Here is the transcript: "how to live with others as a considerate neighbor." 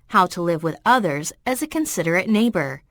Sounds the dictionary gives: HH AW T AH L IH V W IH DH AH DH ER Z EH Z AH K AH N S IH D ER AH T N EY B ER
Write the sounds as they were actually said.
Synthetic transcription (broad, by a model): HH AW T AH L IH V W IH DH AH DH ER Z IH Z AH K AH N S IH D ER AH T N EY B ER